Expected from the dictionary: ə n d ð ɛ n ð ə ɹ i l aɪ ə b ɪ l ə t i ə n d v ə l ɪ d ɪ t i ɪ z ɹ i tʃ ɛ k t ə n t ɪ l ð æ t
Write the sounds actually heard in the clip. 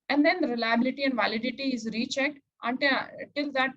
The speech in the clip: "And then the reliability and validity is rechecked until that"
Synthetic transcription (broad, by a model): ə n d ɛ n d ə ɹ i l aɪ ə b ɪ l ə t i ə n d v ə l ɪ d ɪ t i ɪ z ɹ i tʃ ɛ k t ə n t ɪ l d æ t